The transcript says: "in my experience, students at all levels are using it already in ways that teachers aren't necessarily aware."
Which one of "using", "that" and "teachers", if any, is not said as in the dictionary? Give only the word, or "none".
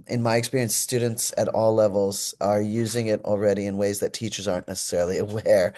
none